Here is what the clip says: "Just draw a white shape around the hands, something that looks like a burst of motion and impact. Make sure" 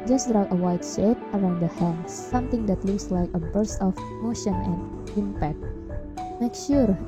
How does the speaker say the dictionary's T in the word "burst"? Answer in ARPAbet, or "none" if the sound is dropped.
none